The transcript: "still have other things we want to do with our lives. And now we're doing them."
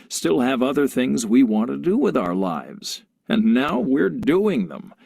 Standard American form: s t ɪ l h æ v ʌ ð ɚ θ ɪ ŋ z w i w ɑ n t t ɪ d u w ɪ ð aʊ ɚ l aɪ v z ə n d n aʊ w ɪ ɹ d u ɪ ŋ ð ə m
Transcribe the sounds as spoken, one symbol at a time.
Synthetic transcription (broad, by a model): s t ɪ l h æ v ʌ ð ɚ θ ɪ ŋ z w i w ɑ n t t ɪ d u w ɪ ð aʊ ɚ l aɪ v z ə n n aʊ w ɪ ɹ d u ɪ ŋ ð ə m